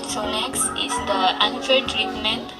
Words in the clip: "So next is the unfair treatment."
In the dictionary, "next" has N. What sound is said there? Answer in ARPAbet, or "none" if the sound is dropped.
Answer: L